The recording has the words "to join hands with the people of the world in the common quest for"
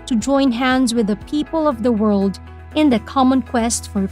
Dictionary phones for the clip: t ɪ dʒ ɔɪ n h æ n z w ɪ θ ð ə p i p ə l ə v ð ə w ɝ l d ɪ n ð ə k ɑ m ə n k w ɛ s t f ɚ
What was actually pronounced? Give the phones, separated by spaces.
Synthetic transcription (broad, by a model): t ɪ dʒ ɔɪ n h æ n z w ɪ ð ə p i p ə l ə v ð ə w ɝ l d ɪ n ð ə k ɑ m ə n k w ɛ s t f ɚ